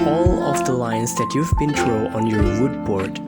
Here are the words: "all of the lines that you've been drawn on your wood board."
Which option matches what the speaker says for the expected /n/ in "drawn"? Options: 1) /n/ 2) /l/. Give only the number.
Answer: 2